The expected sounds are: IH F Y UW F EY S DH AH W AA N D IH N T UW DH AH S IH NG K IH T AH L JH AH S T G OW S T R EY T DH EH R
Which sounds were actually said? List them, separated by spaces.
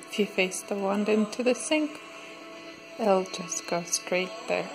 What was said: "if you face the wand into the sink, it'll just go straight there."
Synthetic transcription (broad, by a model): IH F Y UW F EY S DH AH W AA N D IH N T UW DH AH S IH NG K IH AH L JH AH S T G OW S T R EY T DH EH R